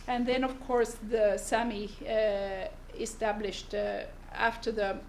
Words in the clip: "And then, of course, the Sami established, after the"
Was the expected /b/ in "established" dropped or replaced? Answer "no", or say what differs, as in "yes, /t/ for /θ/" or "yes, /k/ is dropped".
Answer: no